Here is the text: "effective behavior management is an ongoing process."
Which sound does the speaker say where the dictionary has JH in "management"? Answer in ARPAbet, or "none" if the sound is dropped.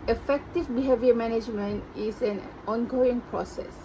JH